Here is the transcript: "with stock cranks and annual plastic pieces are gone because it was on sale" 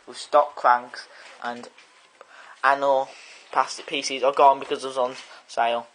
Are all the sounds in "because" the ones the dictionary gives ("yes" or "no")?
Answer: yes